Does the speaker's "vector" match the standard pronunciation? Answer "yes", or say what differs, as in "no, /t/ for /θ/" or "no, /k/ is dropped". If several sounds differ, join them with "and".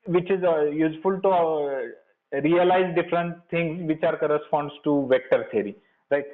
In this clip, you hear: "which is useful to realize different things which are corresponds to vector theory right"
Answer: yes